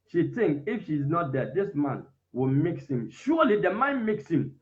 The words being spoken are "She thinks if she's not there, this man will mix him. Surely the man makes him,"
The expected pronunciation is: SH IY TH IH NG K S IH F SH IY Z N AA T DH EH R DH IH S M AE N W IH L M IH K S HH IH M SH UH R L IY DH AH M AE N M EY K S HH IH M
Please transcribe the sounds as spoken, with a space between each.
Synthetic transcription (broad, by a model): SH IY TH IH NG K IH F SH IY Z N AA T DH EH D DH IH S M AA N W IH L M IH K S HH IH M SH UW L IY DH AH M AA N M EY K S HH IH M